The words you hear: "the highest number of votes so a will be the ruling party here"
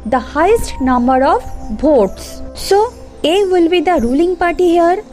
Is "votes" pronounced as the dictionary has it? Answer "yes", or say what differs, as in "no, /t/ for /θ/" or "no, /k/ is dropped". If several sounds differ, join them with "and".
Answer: no, /b/ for /v/